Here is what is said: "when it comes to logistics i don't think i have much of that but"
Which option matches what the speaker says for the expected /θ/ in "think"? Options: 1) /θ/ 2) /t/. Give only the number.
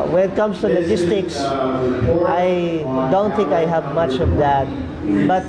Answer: 2